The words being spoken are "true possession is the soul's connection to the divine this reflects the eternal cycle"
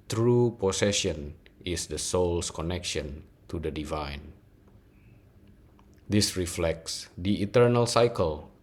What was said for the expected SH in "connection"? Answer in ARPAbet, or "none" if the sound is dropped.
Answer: SH